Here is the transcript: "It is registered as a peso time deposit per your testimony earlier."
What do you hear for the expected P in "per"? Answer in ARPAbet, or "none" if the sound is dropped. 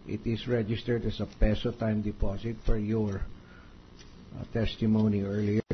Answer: F